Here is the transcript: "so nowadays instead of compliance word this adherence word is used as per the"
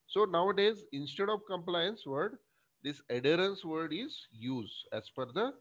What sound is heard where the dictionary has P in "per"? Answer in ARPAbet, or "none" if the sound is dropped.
F